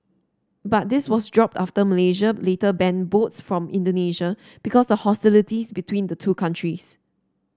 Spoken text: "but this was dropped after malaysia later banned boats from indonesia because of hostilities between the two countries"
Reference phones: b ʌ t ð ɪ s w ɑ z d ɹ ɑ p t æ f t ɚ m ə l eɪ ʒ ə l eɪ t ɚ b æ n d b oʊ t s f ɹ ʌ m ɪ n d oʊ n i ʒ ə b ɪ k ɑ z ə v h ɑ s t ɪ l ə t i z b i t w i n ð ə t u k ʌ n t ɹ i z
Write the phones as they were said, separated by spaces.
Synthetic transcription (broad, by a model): b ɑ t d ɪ s w ɑ s d ɹ ɑ p t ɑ f t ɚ m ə l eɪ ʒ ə l eɪ t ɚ b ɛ n b oʊ t s f ɹ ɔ m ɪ n d oʊ n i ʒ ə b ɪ k ɑ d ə h ɑ s t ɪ l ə t i s b i t w i n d ə t u k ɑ n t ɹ i s